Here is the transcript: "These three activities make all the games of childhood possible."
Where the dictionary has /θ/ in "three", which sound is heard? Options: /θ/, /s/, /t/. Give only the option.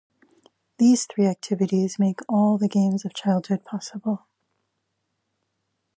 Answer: /θ/